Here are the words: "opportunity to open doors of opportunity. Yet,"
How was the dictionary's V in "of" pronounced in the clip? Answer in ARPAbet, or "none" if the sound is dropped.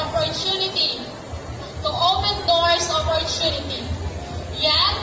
P